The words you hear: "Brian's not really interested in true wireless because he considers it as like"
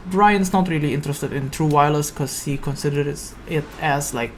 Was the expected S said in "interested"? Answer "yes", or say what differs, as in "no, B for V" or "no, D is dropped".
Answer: yes